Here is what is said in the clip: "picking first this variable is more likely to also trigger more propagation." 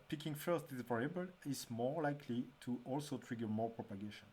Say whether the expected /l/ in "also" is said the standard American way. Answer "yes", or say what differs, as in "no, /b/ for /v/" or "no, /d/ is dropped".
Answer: yes